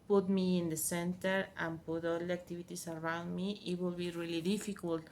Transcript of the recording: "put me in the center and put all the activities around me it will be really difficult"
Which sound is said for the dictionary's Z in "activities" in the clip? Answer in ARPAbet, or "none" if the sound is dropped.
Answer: S